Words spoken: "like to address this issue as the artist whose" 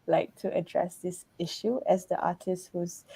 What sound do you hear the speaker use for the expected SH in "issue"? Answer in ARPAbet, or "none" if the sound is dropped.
SH